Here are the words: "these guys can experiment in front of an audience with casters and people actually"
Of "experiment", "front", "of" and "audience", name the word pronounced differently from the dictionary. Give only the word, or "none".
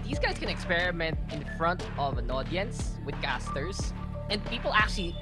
none